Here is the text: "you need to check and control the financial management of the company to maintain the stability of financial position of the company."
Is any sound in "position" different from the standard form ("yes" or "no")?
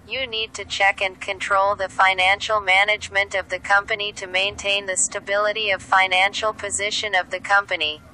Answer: no